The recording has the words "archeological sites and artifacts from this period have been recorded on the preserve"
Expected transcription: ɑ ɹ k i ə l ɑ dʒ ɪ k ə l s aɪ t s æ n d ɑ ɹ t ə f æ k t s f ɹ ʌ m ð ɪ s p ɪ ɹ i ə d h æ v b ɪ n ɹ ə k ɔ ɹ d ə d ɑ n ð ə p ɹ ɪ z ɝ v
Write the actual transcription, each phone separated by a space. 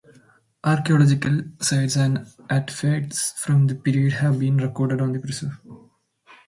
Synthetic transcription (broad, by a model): ɑ ɹ k i ə l ɑ dʒ ɪ k ə l s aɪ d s æ n d t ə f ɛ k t s f ɹ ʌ m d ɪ p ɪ ɹ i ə d h æ v b ɪ n ɹ ə k ɔ ɹ d ə d ɑ n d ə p ɹ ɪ s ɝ